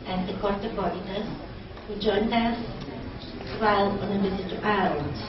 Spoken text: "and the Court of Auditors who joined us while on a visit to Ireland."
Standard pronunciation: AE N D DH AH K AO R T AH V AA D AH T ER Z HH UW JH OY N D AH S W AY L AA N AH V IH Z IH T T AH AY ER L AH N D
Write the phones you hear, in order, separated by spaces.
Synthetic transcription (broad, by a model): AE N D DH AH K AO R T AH B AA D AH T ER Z HH UW JH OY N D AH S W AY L AA N AH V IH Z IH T T AH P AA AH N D